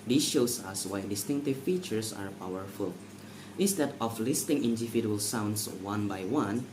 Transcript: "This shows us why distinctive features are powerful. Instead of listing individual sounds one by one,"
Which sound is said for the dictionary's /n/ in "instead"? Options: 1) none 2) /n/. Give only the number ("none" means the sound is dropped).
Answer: 1